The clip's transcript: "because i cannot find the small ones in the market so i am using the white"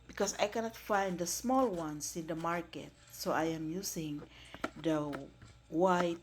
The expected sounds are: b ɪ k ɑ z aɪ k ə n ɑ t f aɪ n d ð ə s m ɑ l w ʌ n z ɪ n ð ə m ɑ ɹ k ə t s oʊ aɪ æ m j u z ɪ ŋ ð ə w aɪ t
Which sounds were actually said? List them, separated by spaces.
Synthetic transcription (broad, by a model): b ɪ k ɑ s aɪ k ə n ɑ t f aɪ n d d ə s m ɑ l w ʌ n s ɪ n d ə m ɑ ɹ k ə t s oʊ aɪ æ m j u s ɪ ŋ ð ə w aɪ t